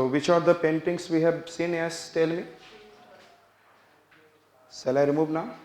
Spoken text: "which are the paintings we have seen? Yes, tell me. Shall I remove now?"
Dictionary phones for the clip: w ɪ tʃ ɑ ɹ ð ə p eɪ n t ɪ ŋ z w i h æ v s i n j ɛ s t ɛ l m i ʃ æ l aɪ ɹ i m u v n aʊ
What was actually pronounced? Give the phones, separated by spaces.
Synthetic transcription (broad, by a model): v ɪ tʃ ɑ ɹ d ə p eɪ n t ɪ ŋ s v i h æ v s i n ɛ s t ɛ l m i s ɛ l aɪ ɹ i m u v n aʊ